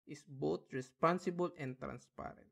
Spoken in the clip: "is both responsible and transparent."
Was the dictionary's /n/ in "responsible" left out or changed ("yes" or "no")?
no